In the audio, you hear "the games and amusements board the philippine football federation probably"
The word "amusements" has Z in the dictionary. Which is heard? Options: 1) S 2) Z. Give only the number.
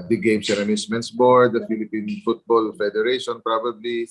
1